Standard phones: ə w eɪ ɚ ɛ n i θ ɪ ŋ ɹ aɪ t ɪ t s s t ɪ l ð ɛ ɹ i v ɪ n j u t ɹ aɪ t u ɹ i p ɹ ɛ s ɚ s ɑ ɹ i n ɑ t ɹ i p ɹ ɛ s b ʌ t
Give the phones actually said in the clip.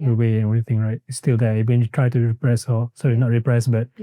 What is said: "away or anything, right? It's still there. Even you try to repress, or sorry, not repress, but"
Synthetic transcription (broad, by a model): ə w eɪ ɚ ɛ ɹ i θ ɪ ŋ ɹ aɪ t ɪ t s s t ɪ l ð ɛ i w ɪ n j u t ɹ aɪ t u ɹ i p ɹ ɛ s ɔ s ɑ i n ɑ t ɹ i p ɹ ɛ s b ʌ t